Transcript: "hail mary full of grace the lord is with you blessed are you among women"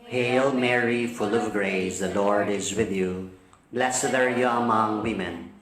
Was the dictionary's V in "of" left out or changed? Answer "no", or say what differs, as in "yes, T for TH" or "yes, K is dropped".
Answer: no